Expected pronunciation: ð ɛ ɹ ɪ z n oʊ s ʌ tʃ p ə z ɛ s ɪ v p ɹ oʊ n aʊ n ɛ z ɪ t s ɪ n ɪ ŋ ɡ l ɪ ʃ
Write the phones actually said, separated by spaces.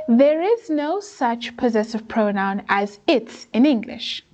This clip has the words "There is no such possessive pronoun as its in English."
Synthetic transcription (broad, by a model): ð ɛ ɹ ɪ z n oʊ s ʌ tʃ p ə z ɛ s ɪ v p ɹ oʊ n aʊ n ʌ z ɪ t s ɪ n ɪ ŋ ɡ l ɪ ʃ